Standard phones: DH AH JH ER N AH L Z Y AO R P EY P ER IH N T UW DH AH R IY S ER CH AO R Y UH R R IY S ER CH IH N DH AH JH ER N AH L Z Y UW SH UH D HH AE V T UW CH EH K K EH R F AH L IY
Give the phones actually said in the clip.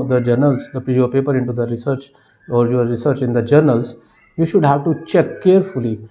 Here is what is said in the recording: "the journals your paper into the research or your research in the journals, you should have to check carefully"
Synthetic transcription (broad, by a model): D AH JH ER N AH L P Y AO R P EY P ER IH N T UW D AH R IY S ER CH AO R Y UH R R IY S ER CH IH N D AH JH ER N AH L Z Y UW SH UH D HH AE V T UW CH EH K K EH R F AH L IY